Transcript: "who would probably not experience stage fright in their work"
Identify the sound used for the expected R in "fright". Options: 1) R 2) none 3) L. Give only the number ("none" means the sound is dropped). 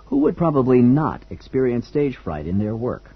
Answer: 1